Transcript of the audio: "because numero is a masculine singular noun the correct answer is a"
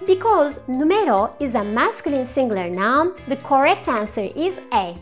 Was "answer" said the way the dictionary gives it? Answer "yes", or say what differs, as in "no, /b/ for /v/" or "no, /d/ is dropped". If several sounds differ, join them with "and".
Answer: yes